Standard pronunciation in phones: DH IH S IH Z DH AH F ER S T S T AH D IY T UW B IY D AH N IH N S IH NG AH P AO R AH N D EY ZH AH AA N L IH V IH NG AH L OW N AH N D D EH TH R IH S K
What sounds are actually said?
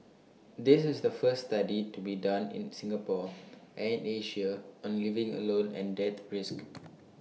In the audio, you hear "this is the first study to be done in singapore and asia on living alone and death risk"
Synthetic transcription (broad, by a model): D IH S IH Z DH AH F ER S S T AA D IY T UW B IY D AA N IH N S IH NG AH P AO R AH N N EY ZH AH AA N L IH V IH NG AH L OW N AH N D D EH T R IH S K